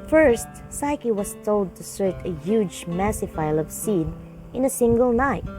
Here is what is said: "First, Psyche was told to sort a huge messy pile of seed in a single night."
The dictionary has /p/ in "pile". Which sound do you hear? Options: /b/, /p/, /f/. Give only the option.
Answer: /f/